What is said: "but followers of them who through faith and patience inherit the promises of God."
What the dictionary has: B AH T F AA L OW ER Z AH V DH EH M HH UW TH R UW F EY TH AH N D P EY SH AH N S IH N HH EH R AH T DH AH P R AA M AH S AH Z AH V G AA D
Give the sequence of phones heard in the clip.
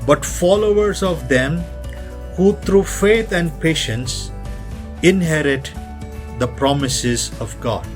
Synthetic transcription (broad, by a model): B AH T F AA L OW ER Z AH V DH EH M HH UW T R UW F EY T AH N D P EY SH AH N S IH N HH EH R AH T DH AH P R AA M AH S AH Z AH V G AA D